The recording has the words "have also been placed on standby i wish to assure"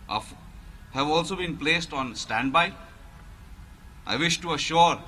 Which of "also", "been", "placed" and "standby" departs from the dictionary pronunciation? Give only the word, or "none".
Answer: none